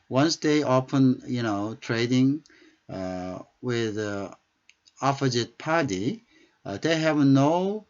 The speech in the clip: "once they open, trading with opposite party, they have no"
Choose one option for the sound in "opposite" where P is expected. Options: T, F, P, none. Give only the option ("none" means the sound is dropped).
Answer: F